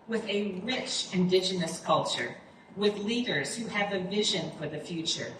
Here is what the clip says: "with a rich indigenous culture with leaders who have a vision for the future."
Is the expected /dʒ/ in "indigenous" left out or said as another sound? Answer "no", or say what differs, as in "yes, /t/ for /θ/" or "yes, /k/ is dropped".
no